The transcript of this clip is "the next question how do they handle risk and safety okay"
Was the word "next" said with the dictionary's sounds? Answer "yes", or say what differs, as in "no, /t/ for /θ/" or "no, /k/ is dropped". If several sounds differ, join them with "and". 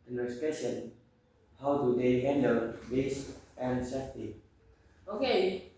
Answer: no, /k/ is dropped